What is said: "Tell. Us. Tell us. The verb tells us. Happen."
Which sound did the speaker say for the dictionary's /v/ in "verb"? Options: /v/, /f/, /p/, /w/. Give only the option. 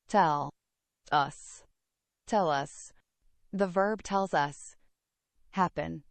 /v/